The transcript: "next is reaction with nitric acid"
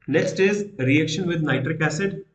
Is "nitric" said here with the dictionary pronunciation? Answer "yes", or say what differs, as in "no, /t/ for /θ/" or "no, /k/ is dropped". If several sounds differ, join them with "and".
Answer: yes